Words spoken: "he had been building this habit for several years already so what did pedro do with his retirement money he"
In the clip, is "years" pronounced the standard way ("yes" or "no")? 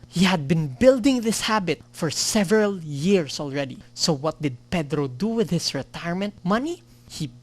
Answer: no